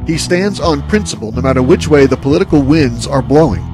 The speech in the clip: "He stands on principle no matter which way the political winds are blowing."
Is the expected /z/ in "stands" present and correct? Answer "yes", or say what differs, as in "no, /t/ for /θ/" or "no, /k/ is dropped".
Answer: yes